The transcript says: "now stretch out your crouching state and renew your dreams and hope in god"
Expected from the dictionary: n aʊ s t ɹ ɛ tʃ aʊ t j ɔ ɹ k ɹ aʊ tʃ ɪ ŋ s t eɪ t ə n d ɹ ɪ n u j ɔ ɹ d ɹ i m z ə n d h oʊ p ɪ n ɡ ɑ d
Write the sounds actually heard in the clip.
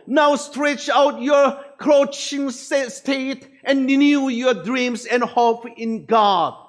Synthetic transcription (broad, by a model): n aʊ s t ɹ ɛ tʃ aʊ t j ɔ ɹ k ɹ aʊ tʃ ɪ ŋ s t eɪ t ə n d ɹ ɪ n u j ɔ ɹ d ɹ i m s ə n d h oʊ p ɪ n ɡ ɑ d